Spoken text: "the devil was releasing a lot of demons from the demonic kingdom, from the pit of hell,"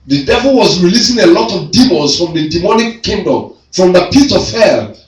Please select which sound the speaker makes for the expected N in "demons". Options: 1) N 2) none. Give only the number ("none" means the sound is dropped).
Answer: 2